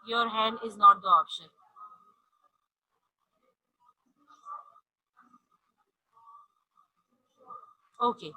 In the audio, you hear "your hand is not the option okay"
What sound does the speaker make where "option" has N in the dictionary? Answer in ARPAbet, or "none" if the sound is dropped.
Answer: none